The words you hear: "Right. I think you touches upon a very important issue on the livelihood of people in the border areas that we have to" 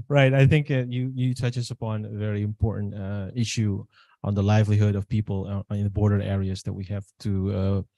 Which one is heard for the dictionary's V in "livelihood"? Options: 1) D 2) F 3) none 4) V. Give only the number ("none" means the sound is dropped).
4